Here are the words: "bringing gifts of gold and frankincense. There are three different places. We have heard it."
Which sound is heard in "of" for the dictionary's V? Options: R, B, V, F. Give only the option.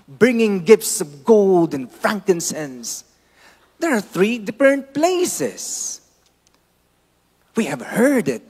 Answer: V